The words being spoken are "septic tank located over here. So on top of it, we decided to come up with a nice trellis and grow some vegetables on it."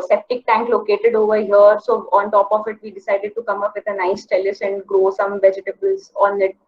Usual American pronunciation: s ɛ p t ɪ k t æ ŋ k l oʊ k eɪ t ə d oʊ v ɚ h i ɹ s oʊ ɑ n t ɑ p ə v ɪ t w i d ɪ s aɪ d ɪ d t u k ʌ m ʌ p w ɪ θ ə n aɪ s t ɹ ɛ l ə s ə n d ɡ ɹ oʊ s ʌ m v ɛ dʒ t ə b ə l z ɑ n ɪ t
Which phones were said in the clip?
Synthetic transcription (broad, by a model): s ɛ p t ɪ k t æ ŋ k l oʊ k eɪ t ə d oʊ v ɚ h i ɹ s oʊ ɑ n t ɑ p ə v ɪ t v i d ɪ s aɪ d ɪ d t u k ʌ m ʌ p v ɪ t ə n aɪ s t ɛ l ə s ə n d ɡ ɹ oʊ s ʌ m v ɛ dʒ t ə b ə l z ɑ n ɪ t